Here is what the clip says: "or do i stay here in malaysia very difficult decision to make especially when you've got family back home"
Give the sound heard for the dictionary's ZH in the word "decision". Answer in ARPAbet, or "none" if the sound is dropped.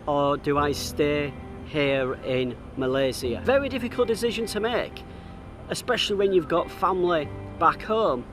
ZH